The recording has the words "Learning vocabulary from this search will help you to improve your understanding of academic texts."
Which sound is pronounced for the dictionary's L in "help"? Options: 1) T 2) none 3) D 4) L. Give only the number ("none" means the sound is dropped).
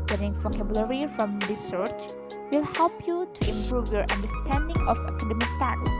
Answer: 4